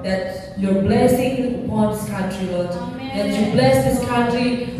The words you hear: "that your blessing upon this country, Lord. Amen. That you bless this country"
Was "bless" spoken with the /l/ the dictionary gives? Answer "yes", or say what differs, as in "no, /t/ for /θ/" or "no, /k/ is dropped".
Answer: yes